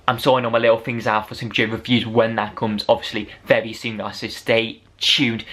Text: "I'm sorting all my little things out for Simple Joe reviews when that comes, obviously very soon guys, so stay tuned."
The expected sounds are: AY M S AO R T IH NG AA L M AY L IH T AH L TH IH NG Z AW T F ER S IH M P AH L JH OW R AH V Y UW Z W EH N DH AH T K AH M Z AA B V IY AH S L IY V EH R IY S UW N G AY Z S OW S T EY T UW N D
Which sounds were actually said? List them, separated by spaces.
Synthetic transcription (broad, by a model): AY M S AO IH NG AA N M AY L IH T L TH IH NG Z AW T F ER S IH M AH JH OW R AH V Y UW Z W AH N DH AH T K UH M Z AA B V IY AH S L IY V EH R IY S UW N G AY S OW S T EY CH UW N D